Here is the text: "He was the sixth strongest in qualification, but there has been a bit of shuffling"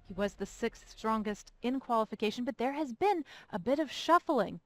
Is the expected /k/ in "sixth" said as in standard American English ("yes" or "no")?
yes